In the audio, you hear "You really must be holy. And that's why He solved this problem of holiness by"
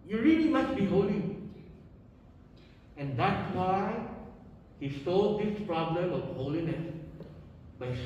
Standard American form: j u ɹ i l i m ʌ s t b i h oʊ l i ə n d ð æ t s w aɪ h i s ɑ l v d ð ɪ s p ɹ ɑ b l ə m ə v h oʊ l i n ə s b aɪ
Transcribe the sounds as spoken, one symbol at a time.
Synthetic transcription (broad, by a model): j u ɹ i l i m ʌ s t b i h oʊ l i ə n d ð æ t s w aɪ h i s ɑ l d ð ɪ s p ɹ ɑ b l ə m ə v h oʊ l i n ə s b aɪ